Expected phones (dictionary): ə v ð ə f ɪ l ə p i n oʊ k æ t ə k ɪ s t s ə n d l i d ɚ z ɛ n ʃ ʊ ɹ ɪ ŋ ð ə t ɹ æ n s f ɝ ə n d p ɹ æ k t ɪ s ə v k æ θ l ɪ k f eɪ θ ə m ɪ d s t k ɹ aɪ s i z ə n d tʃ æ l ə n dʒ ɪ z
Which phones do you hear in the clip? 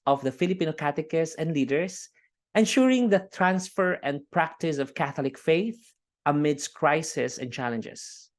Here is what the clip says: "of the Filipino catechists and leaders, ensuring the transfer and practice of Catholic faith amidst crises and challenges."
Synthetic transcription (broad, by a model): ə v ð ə f ɪ l ə p i n oʊ k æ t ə k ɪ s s ə n d l i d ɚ s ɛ n ʃ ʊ ɹ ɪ ŋ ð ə t ɹ æ n s f ɝ ə n d p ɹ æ k t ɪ s ə v k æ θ l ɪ k f eɪ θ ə m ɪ d s k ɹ aɪ s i s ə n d tʃ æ l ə n dʒ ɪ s